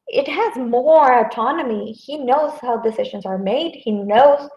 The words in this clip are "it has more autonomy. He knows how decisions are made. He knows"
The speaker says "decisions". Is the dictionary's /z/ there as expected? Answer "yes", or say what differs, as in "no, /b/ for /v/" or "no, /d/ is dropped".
yes